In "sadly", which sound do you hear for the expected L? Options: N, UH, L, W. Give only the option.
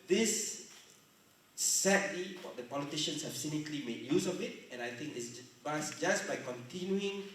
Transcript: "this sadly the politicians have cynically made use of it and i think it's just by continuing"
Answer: W